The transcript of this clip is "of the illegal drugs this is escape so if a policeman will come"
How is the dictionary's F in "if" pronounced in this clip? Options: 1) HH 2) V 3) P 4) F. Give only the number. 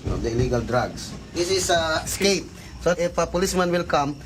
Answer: 3